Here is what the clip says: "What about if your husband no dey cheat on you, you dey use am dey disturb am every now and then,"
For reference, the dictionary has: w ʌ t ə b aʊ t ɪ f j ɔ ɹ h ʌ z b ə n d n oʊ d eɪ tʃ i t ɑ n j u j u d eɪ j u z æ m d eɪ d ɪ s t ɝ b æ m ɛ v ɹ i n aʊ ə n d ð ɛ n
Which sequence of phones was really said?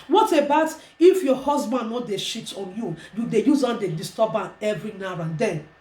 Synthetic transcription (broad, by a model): w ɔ t ə b aʊ t ɪ f j ɔ h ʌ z b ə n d n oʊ d eɪ ʃ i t ɑ n j u j u d eɪ j u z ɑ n d eɪ d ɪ s t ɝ b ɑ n ɛ v ɹ i n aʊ ə n d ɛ n